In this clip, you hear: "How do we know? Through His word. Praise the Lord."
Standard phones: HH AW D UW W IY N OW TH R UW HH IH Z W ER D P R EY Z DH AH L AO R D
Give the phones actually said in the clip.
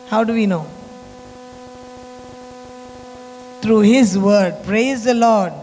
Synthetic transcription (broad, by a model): HH AW D UW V IY N OW T R UW HH IH Z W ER D P R EY Z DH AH L AO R D